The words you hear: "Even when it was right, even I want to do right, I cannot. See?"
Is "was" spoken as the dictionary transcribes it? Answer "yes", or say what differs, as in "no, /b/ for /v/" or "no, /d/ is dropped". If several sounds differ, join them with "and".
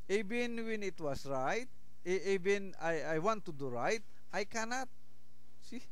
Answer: no, /s/ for /z/